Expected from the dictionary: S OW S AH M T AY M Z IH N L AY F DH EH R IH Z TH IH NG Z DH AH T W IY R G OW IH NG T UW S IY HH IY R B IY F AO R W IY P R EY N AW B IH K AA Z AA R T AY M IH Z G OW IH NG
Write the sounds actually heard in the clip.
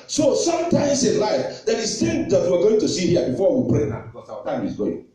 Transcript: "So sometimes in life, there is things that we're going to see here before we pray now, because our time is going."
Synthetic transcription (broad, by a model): S OW S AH M T AY M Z IH N L AY F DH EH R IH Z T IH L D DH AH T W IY W G OW IH NG T UW S IY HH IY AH B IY F AO W IY P R EY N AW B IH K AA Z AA T AY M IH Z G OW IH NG